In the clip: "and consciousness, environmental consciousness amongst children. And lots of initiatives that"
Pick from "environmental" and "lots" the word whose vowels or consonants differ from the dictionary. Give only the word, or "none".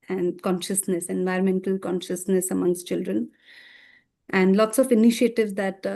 none